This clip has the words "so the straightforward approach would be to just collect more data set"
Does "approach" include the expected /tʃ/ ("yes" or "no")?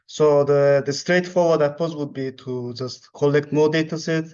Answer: no